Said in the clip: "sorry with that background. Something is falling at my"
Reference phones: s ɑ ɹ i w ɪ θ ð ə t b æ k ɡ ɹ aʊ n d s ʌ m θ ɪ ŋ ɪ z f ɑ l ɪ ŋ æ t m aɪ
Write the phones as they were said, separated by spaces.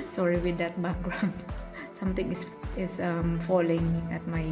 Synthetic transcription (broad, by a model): s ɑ ɹ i w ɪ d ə t b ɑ k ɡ ɹ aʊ n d s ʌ m t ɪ ŋ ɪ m f ɑ l ɪ ŋ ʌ t m aɪ